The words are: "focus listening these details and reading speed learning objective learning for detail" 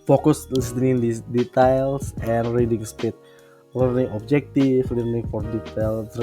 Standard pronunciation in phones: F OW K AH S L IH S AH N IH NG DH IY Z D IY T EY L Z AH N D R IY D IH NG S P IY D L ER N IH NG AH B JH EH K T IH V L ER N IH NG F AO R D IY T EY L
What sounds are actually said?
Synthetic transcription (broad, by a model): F OW K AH S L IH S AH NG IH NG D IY D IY T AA L S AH N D R IY D IH NG S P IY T L ER N IH NG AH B JH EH K T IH F L ER N IH NG F AO R D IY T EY L